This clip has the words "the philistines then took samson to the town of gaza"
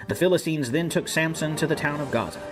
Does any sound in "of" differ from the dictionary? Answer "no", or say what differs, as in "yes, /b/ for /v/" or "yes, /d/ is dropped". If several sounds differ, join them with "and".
no